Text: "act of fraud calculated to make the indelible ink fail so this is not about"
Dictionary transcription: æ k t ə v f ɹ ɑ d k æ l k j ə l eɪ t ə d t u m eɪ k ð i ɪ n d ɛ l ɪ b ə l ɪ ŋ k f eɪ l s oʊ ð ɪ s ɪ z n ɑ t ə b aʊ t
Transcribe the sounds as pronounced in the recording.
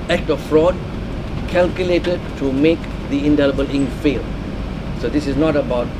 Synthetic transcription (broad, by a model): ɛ k t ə f ɹ ɑ d k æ l k j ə l eɪ t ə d t u m eɪ k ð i ɪ n d ɛ l ɪ b ə l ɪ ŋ f eɪ l s oʊ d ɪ s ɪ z n ɑ t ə b aʊ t